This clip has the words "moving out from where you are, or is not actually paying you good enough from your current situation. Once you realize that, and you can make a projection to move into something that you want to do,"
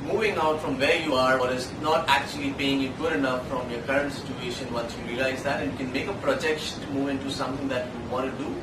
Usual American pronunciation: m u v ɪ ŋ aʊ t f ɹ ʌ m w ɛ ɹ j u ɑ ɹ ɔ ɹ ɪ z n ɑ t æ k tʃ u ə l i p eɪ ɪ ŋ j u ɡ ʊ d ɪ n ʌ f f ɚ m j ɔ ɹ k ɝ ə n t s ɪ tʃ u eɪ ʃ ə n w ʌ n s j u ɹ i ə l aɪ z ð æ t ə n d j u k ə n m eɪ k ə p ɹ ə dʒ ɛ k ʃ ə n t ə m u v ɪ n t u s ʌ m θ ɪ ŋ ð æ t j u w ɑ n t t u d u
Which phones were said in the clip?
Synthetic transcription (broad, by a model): m u v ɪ ŋ aʊ t f ɹ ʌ m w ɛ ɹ j u ɑ ɹ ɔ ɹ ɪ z n ɑ t æ k tʃ u ə l i p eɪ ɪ ŋ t ɡ ʊ d ɪ n ʌ f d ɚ m j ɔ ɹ k ɝ ə n t s ɪ tʃ u eɪ ʃ ə n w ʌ n s j u ɹ i ə l aɪ z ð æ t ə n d j u k ə n m eɪ k ə p ɹ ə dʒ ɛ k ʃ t m u v ɪ n t u s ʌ m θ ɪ ŋ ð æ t j u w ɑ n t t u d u